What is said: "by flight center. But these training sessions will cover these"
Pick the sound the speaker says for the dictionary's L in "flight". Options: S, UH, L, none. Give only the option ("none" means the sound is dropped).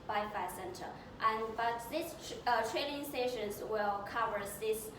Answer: none